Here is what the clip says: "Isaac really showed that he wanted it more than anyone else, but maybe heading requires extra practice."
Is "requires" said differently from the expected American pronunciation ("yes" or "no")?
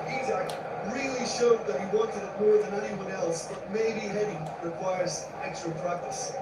no